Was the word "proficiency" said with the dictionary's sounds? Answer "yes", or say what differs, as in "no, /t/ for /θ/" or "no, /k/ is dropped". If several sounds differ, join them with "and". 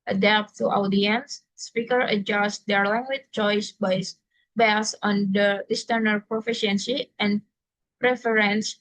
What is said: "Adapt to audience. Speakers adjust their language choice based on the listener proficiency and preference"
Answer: yes